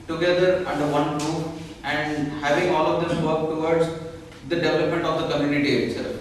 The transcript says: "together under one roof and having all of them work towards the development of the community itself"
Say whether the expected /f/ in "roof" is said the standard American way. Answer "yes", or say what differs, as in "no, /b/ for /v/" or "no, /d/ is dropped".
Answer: no, /f/ is dropped